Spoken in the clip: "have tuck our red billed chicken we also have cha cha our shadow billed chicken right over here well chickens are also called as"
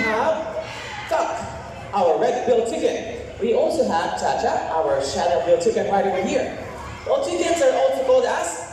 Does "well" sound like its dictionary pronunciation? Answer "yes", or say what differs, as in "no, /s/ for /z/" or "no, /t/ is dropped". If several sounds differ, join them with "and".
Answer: no, /n/ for /l/